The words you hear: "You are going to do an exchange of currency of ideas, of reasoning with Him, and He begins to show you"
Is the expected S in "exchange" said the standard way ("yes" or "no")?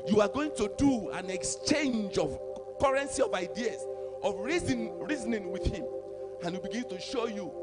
yes